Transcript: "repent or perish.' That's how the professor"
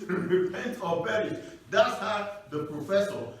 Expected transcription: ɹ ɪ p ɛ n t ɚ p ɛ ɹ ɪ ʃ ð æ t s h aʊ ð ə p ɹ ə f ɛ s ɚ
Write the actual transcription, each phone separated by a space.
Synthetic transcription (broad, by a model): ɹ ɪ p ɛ n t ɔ b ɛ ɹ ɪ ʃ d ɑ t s h aʊ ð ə p ɹ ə f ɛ s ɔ